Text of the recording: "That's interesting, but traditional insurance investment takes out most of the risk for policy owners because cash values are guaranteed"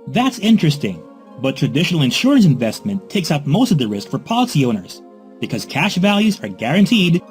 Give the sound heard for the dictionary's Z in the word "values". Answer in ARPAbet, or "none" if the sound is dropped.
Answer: Z